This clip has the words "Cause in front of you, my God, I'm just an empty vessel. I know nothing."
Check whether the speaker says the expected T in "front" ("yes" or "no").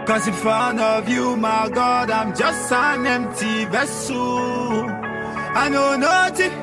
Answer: no